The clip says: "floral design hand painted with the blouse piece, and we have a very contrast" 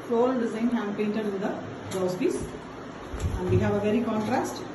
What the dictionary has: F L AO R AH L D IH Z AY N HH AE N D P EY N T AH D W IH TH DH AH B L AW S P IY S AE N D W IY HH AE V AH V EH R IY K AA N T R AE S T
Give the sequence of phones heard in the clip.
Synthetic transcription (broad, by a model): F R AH L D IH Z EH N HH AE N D P EY N T AH D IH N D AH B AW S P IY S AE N D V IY HH AE V AH V EH R IY K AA N T R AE S T